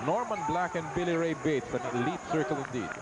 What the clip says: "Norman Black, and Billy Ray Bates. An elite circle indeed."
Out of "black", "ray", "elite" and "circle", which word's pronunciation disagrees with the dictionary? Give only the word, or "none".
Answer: none